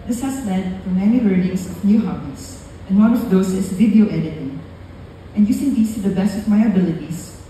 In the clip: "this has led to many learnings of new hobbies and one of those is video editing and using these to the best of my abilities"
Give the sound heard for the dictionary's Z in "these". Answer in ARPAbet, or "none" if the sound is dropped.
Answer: S